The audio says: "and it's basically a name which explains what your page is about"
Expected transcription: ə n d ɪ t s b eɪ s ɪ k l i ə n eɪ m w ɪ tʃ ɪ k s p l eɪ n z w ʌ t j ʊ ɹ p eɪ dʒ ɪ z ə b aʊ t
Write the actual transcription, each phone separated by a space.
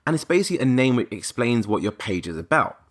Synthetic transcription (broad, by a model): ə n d ɪ t s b eɪ s ɪ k l i ə n eɪ m w ɪ tʃ ɪ k s p l eɪ n z w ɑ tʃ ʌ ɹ p eɪ dʒ ɪ z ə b aʊ t